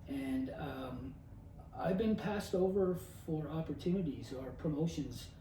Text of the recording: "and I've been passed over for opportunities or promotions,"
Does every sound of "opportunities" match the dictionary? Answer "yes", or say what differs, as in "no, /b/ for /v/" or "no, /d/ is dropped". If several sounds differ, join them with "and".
yes